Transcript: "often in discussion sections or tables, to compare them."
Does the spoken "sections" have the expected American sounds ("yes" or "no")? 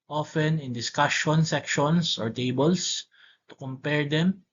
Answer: no